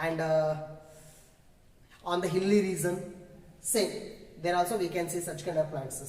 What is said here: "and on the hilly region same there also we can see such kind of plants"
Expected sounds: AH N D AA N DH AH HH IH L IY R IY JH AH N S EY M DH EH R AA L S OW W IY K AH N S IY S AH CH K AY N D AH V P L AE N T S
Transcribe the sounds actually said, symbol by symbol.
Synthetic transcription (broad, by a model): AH N D AA N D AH HH IH L IY R IY Z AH N S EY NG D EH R AA L S OW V IY K AH N S IY S AH CH K AY N D AH V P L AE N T S